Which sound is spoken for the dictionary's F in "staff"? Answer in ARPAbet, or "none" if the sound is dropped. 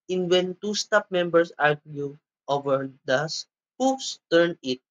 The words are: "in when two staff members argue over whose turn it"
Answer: P